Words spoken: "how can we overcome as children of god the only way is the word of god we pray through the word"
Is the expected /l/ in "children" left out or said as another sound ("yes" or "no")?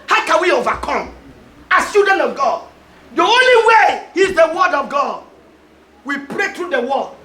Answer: yes